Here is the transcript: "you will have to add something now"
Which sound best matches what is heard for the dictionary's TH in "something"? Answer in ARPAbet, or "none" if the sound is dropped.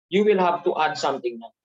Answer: T